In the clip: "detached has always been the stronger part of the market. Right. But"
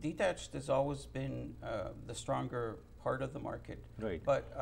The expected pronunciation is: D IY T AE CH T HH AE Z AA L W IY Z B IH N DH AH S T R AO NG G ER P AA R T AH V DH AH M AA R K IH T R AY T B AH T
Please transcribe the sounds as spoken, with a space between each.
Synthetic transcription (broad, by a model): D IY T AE CH T HH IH Z AA L W IY Z B IH N DH AH S T R AO NG G ER P AA R T AH V DH AH M AA R K IH T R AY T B AH T